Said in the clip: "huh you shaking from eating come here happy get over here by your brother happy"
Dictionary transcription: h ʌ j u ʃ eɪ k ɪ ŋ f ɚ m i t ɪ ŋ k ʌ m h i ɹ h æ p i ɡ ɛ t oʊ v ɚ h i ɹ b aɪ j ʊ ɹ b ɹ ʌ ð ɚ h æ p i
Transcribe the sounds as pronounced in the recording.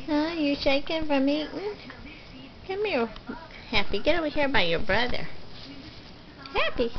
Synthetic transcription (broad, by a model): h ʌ j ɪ ʃ eɪ k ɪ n f ɚ m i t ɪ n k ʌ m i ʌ h æ p i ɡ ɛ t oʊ w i h i ɹ b aɪ j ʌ ɹ b ɹ ʌ ð ɚ h æ p i